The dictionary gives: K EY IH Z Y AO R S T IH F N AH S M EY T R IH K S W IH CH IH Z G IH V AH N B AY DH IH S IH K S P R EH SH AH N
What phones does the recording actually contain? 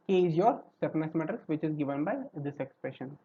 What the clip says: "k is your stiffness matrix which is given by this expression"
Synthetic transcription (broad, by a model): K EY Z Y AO R S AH P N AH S M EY T R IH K S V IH CH IH Z G IH V AH N B AY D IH S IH K S P R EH SH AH N